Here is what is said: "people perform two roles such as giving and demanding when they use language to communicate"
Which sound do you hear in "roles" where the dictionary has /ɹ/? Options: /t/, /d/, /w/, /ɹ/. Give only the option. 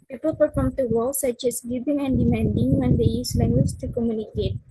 /w/